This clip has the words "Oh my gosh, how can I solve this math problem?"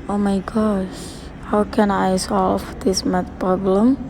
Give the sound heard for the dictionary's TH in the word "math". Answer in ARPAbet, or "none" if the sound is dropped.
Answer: T